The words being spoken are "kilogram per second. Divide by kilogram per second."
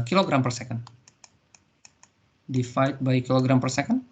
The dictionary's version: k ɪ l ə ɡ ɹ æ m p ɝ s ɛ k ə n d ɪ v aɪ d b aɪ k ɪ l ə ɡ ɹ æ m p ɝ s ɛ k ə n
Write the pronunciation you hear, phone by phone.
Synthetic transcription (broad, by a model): k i l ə ɡ ɹ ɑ m p ɝ s ɛ k ə n d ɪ f aɪ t b aɪ k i l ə ɡ ɹ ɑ m p ɝ s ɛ k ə n